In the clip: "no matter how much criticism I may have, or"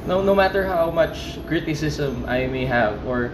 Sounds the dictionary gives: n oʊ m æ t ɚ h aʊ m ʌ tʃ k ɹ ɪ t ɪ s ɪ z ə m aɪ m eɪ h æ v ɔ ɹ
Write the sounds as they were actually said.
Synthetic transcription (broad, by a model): n oʊ m æ t ɚ h aʊ m ʌ tʃ k ɹ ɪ t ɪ s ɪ s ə m aɪ m eɪ h æ v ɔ ɹ